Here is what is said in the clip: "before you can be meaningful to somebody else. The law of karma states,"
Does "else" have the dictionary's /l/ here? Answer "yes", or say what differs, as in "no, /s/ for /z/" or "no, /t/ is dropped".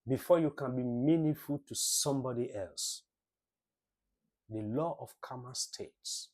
yes